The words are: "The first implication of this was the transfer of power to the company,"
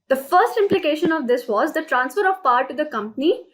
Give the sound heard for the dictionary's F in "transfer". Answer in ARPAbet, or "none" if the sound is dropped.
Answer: F